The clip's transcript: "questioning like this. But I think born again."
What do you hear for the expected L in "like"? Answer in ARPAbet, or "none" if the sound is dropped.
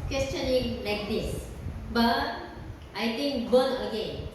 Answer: L